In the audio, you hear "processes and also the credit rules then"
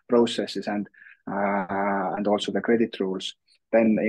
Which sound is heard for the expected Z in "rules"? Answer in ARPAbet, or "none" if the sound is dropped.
S